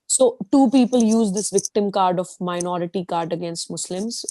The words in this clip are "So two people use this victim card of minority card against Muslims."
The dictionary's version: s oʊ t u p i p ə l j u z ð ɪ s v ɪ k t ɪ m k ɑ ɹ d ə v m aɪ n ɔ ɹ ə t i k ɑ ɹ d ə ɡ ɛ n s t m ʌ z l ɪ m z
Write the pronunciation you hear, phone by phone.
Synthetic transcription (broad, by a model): s oʊ t u p i p ə l j u z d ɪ s v ɪ k t ɪ m k ɑ ɹ d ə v m aɪ n ɔ ɹ ə t i k ɑ ɹ d ə ɡ ɛ n s t m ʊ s l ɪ m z